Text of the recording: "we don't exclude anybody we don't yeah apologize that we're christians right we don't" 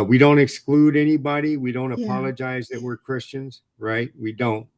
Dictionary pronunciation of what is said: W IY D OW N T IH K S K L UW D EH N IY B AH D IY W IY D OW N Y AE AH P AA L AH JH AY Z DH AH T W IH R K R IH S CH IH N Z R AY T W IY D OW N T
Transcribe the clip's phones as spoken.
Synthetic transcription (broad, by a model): W IY D OW N T IH K S K L UW D EH N IY B AH D IY W IY D OW N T AH P AA L AH JH AY Z DH AH T W IH R K R IH S CH IH N Z R AY T W IY D OW N T